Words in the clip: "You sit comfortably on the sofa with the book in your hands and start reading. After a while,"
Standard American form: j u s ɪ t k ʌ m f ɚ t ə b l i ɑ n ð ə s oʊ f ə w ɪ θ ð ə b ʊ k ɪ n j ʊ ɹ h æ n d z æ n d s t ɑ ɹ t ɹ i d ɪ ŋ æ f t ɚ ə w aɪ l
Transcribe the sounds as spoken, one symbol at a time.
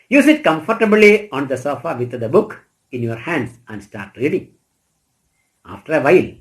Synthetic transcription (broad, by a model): j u s ɪ t k ʌ m f ɚ t ə b l i ɑ n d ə s oʊ f ə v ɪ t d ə b ʊ k ɪ n j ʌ ɹ h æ n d s æ n d s t ɑ ɹ t ɹ i d ɪ ŋ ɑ f t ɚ ə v aɪ l